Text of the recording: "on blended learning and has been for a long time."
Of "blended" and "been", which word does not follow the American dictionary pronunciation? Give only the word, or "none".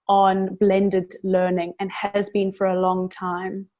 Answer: none